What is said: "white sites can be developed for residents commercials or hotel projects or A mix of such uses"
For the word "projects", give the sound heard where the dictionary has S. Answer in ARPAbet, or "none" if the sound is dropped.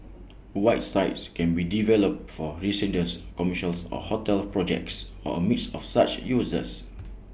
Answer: S